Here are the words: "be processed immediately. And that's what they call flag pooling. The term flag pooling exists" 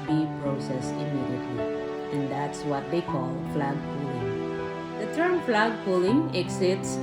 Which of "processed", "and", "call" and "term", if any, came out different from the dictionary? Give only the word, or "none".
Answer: processed